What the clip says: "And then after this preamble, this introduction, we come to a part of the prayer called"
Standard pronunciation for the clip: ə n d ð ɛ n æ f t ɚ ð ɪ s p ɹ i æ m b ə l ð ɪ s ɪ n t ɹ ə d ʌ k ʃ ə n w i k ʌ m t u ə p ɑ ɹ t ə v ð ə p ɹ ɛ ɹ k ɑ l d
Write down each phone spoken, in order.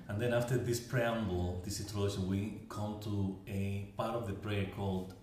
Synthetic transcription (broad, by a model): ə n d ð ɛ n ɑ f t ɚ ð ɪ s p ɹ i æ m b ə l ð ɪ s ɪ t ə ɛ ʃ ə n w i k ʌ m t u ə p ɑ ɹ t ə v ð ə p ɹ ɛ ɹ k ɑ l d